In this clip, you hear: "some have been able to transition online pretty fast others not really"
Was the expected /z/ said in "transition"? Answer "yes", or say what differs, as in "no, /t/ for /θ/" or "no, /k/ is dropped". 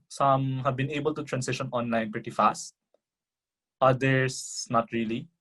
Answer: no, /s/ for /z/